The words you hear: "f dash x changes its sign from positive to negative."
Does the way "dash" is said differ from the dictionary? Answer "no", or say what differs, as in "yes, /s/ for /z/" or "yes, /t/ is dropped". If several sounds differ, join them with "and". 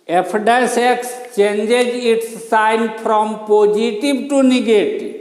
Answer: yes, /s/ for /ʃ/